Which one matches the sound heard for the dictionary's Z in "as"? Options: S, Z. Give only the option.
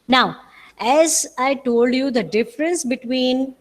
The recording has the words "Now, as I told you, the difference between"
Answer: Z